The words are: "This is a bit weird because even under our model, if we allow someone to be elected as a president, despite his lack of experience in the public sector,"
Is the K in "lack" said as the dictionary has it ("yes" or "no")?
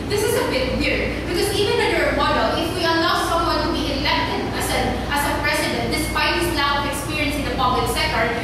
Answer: no